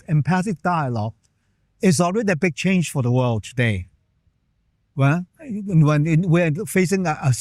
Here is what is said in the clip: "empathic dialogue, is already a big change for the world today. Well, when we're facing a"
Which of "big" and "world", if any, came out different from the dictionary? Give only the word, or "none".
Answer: none